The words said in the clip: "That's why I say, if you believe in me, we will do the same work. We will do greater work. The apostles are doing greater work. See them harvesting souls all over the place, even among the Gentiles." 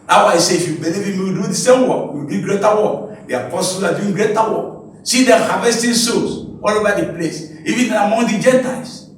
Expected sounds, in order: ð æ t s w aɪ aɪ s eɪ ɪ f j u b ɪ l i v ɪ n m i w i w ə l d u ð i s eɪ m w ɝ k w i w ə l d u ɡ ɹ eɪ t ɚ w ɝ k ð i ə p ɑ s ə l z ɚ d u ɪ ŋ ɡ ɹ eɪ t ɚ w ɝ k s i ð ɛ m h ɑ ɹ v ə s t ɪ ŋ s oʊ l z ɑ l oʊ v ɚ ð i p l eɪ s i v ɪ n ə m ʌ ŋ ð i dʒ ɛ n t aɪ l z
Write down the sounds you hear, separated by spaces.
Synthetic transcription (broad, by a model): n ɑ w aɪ aɪ s eɪ ɪ f j u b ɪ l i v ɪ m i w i d u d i s eɪ m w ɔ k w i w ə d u ɡ ɹ eɪ t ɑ w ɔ k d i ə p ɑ s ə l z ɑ d u ɪ ŋ ɡ ɹ eɪ t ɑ w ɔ k s i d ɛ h ɑ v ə s t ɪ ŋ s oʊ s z ɑ l oʊ v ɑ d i p l eɪ s i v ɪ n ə m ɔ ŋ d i dʒ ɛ n t aɪ l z